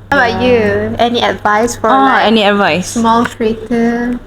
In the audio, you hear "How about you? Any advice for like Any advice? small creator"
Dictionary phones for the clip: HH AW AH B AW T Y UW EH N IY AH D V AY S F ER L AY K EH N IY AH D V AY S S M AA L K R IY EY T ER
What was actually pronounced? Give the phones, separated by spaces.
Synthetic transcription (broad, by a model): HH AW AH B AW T Y UW EH N IY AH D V AY S F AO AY EH N IY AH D V AY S S M AA L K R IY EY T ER